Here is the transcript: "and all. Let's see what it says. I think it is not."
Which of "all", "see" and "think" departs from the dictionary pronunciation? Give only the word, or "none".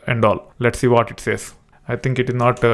think